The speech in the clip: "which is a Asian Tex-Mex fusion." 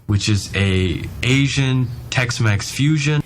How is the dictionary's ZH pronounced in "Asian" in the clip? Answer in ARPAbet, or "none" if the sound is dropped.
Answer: ZH